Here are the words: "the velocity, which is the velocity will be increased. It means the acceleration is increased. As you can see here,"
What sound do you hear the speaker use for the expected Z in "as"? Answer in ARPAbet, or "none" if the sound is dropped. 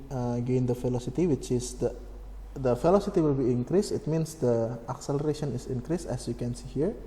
S